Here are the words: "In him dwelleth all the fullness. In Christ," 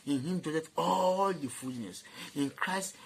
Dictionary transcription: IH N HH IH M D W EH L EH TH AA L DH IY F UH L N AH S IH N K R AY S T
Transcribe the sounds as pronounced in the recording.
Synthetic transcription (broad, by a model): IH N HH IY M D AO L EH T AA L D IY F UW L N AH S IH N K R AY S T